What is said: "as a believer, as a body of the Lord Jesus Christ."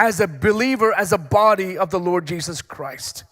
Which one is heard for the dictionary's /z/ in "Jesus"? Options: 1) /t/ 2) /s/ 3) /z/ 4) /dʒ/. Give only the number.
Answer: 3